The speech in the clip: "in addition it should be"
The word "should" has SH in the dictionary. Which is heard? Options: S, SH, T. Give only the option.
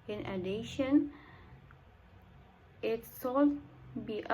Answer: S